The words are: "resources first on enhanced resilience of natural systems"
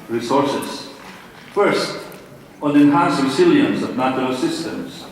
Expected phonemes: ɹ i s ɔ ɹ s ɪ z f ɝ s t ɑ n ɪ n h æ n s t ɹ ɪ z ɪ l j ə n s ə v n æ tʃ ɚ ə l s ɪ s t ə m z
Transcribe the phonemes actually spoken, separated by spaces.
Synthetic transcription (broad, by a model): ɹ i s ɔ ɹ s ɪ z f ɝ s t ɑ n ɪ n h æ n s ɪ s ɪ l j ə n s ə v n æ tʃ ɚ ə l s ɪ s t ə m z